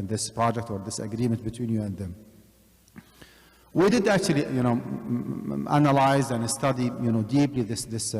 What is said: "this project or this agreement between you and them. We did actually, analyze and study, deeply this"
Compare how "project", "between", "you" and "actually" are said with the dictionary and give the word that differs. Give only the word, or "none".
actually